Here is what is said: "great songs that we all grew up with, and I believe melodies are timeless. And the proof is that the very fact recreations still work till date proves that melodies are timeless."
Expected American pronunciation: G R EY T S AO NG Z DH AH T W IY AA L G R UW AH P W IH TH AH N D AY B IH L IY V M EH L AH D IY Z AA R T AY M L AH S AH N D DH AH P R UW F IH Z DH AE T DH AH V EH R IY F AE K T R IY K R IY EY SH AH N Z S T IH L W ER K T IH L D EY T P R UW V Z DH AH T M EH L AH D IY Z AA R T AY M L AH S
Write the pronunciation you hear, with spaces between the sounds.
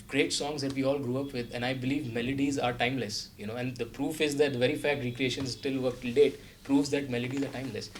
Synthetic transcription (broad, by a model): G R EY T S AO NG Z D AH T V IY AA L G R UW AH P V IH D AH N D AY B IH L IY V M EH L AH D IY Z AA R T AY M L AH S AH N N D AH P R UW F IH Z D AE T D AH V EH R IY F AE K T R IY K R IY EY SH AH N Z S T IH L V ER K T IH L D EY T P R UW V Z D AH T M EH L AH D IY Z AA R T AY M L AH S